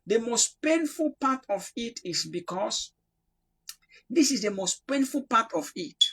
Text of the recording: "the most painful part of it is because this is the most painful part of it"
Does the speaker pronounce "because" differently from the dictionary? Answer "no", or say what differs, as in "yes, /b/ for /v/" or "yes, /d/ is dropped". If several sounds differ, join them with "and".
yes, /s/ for /z/